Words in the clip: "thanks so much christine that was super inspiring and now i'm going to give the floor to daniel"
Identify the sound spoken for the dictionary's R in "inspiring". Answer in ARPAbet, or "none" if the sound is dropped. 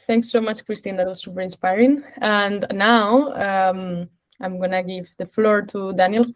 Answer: R